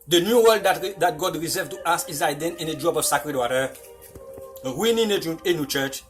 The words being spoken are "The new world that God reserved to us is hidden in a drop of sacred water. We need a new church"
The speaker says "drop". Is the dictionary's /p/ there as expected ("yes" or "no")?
no